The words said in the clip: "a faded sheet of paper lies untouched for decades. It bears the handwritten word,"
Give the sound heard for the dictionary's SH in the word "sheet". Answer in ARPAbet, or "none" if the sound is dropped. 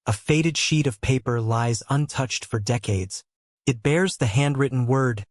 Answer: SH